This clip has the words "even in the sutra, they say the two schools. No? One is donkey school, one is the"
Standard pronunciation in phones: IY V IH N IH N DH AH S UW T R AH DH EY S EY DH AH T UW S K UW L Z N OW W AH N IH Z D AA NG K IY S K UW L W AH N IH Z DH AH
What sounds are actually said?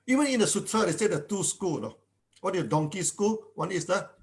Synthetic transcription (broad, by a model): IY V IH N IH N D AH S UW T R AH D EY S EY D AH T UW S K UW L N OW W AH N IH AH D AA NG K IY S K UW L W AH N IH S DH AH